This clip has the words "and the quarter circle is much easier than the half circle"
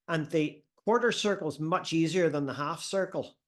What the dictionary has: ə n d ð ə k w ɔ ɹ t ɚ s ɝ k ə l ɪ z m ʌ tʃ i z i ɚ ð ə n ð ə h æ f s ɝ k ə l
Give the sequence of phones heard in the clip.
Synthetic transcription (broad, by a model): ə n ð ə k w ɔ ɹ t ɚ s ɝ k l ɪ z m ʌ tʃ i z i ɚ ð ə n ð ə h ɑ f s ɝ k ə l